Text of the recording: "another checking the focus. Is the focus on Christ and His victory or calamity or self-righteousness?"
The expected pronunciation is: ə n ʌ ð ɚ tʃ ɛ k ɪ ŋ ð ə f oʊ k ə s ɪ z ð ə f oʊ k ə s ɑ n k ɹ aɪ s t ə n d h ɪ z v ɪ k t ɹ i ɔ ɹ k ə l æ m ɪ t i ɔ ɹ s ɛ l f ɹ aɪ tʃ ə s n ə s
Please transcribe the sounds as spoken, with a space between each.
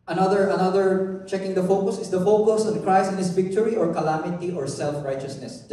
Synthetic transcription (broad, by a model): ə n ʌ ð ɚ tʃ ɛ k ɪ ŋ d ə f oʊ k ə s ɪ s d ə f oʊ k ə s ɑ n k ɹ aɪ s ə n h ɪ s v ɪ k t ɹ i ɔ ɹ k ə l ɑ m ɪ t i ɔ ɹ s ɛ l f ɹ aɪ tʃ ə s n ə s